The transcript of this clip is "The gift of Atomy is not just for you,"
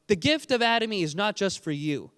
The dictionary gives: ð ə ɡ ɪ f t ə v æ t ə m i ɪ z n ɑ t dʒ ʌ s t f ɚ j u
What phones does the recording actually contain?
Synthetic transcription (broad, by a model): ð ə ɡ ɪ f t ə v æ t ə m i ɪ z n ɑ t dʒ ʌ s t f ɚ j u